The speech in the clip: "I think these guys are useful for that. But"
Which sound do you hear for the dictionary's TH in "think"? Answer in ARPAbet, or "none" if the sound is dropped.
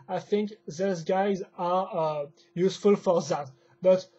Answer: TH